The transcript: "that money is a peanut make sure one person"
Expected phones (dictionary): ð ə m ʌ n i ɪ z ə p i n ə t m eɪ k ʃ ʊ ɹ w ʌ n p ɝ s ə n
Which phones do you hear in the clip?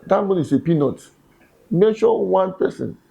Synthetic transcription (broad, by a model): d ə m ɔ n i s ə p i n ə t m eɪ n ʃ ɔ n w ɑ n p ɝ s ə n